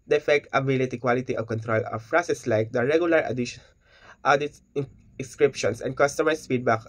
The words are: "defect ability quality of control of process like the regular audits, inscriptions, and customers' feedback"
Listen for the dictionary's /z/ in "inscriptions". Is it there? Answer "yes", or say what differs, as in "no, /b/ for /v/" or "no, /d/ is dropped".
no, /s/ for /z/